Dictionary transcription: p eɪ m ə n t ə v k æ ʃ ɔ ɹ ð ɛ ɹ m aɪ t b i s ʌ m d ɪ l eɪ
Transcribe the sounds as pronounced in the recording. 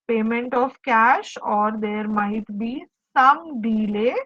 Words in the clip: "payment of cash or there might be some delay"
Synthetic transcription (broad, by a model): p eɪ m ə n t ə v k æ ʃ ɔ ɹ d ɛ ɹ m aɪ t b i s ʌ m d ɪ l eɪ